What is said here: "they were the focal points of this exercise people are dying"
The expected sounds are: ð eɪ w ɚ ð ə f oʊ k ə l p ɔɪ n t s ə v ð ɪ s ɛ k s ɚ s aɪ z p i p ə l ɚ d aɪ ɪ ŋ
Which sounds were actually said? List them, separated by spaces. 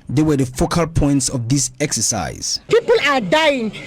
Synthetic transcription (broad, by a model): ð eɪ w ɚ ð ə f oʊ k ə l p ɔɪ n t s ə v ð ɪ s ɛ k s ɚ s aɪ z p i p ə l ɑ d aɪ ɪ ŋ